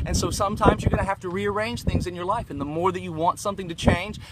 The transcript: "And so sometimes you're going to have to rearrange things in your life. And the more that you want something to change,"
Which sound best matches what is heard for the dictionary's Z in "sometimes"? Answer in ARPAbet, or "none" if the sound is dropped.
Z